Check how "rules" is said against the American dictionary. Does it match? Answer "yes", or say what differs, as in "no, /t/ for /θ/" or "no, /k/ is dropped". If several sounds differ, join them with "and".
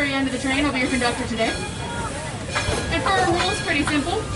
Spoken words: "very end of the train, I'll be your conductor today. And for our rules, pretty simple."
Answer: yes